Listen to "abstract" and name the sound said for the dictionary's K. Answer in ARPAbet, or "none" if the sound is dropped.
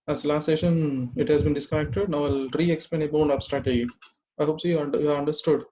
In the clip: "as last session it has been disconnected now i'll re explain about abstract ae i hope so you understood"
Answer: none